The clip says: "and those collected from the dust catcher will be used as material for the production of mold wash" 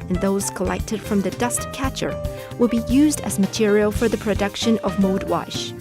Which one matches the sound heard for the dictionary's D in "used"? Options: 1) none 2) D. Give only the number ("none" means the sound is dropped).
2